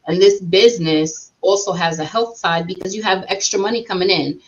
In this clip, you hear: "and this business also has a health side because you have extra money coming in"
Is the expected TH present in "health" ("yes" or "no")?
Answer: yes